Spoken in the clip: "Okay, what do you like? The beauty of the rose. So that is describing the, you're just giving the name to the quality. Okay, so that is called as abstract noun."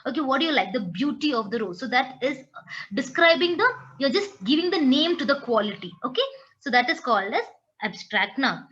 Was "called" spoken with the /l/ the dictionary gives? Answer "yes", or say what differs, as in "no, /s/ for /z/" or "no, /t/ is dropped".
yes